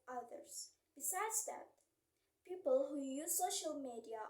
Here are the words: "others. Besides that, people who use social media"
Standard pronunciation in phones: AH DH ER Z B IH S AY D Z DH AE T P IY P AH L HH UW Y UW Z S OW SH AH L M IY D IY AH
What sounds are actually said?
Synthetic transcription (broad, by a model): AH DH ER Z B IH S AY D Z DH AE T P IY P AH L HH UW Y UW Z S OW SH AH L M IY D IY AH